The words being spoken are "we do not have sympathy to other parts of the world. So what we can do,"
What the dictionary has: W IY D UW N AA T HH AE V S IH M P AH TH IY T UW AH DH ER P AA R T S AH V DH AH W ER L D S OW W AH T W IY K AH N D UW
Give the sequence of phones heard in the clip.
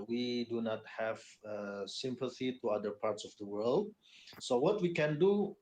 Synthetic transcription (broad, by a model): W IY D UW N AA T HH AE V S IH M P AH TH IY T UW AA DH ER P AA R T S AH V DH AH W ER L D S OW W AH T W IY K AH N D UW